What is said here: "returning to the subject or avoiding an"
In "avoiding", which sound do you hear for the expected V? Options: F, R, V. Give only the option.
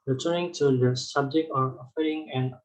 F